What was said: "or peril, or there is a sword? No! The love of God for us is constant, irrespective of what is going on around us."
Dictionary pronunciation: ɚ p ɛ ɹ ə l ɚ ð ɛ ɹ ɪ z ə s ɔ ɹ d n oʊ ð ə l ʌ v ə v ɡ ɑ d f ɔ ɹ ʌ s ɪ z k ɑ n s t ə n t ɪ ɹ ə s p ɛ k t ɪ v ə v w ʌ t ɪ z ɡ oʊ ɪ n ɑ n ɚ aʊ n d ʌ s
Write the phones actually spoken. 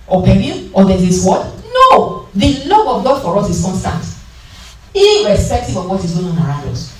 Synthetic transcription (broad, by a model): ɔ p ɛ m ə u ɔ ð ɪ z ə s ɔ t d n oʊ ð ə l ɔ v ə v ɡ ɑ d f ɔ ɹ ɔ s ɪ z k ɑ n s t ə n t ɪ ɹ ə s p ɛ k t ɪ b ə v w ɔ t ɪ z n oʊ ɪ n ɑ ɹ aʊ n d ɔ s